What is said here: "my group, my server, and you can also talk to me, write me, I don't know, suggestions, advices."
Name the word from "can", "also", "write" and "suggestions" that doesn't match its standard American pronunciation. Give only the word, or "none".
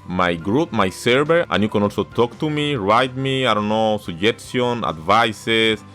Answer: suggestions